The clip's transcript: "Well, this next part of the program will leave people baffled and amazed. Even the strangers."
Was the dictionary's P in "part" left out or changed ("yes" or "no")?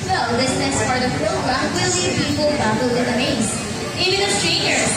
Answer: yes